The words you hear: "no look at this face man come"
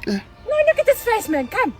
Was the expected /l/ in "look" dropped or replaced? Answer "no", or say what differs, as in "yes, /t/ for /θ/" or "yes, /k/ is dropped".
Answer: yes, /n/ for /l/